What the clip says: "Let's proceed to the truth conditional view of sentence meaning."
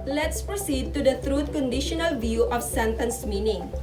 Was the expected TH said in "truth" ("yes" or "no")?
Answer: no